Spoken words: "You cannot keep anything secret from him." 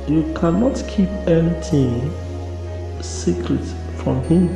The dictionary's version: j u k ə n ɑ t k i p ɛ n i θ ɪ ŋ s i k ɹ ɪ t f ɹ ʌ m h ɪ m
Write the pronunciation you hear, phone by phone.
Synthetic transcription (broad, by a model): j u k ə n ɑ t k i p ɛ n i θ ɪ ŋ s i k ɹ ɪ t f ɹ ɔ m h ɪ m